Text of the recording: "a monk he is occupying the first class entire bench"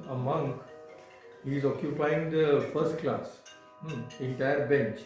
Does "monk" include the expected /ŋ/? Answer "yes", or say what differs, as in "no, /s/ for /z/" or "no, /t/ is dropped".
yes